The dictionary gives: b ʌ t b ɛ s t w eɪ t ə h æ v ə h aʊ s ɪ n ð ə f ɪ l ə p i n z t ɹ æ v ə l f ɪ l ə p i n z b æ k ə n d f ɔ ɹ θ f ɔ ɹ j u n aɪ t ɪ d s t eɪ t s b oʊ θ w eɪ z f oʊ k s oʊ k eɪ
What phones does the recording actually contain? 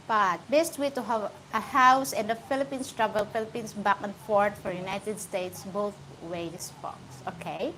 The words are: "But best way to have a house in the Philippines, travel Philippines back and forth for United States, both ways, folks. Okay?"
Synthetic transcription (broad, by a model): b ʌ t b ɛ s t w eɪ t ə h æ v ə h aʊ s ɪ n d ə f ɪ l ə p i n s t ɹ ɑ b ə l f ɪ l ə p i n s b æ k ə n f ɔ ɹ t f ɔ ɹ j u n aɪ t ɪ d s t eɪ t s b oʊ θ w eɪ s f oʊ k s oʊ k eɪ